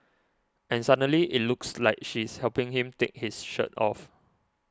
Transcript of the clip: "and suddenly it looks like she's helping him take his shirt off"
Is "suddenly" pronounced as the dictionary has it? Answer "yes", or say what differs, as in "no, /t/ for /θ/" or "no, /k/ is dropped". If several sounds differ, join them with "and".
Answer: no, /n/ is dropped